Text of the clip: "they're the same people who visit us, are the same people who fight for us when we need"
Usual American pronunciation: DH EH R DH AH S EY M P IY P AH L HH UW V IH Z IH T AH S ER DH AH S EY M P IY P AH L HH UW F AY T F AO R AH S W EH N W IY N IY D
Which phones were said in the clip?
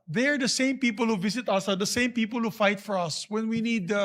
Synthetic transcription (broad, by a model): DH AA R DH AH S EY M P IY P AH L HH UW V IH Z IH T AH S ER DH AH S EY M P IY P AH L HH UW F AY T F AO R AH S W EH N W IY N IY D